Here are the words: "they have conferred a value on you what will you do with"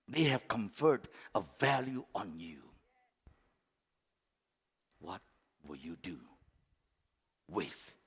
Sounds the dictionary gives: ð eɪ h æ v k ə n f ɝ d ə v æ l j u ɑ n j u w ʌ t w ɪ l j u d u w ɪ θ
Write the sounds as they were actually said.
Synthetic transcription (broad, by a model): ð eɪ h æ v k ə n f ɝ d ə v æ l j u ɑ n j u w ʌ t w ɪ l j u d u w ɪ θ